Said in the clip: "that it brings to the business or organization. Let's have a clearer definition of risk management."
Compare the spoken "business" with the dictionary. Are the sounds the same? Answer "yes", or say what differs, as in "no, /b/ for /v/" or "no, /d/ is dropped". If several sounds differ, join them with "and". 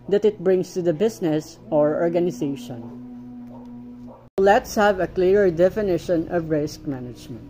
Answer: no, /s/ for /z/